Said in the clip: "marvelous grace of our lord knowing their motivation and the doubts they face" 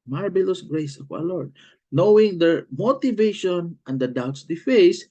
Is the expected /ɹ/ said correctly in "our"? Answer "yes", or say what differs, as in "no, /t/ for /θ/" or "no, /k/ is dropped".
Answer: no, /w/ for /ɹ/